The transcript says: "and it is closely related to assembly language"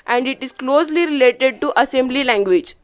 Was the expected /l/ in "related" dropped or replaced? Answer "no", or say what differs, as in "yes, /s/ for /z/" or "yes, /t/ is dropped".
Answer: no